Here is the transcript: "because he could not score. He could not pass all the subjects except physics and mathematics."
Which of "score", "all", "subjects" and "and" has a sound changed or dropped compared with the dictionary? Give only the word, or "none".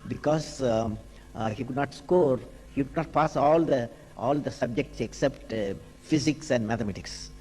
none